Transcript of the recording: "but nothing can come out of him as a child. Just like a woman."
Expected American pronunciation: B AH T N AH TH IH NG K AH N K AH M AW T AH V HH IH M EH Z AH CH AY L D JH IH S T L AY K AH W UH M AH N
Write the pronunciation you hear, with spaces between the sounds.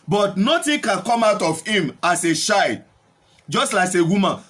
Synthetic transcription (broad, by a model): B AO T N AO T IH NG K AH N K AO M AW T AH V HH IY M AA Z AH SH AY D JH IH S T L AY K AH W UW M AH N